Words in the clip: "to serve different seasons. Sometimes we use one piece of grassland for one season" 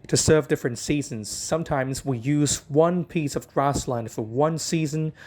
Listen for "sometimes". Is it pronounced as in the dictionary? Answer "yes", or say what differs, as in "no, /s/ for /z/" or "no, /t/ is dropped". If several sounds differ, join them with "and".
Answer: yes